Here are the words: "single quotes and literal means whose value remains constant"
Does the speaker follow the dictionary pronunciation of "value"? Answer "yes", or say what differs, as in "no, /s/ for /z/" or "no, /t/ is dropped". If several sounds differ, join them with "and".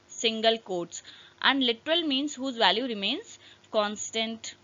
yes